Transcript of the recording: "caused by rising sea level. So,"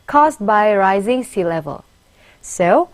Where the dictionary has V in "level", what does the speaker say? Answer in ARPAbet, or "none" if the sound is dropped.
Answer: V